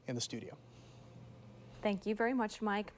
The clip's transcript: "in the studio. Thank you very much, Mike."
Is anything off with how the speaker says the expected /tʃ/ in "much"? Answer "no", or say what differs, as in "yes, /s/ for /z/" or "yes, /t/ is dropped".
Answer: no